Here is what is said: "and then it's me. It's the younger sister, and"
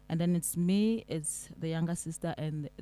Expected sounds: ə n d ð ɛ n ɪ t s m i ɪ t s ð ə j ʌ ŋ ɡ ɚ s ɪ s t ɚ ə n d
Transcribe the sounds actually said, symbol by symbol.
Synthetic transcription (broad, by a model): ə n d ð ɛ n ɪ t s m i ɪ t s ð ə j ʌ ŋ ɡ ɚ s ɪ s t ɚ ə n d